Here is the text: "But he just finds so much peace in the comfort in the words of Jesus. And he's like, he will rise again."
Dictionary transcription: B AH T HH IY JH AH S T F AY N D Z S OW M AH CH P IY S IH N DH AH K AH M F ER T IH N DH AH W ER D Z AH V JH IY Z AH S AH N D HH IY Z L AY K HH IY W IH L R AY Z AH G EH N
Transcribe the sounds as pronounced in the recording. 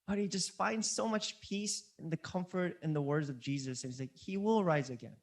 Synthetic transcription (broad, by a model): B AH T HH IY JH AH S T F AY N D Z S OW M AH CH P IY S IH N DH AH K AH M F ER T IH N DH AH W ER D Z AH V JH IY Z AH S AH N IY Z L AY K HH IY W IH L R AY Z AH G EH N